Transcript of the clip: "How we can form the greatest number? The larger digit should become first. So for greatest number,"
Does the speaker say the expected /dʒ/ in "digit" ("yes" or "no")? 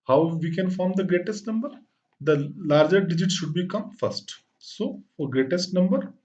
yes